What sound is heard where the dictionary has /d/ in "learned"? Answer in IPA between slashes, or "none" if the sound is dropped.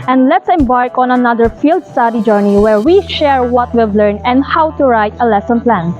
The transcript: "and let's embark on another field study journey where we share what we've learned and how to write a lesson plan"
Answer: none